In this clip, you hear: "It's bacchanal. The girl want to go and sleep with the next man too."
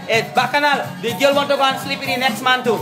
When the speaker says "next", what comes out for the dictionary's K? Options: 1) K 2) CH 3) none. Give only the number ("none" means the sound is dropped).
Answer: 1